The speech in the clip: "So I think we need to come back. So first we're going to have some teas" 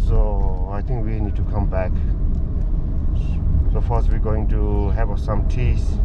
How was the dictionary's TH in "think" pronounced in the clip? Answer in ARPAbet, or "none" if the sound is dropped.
T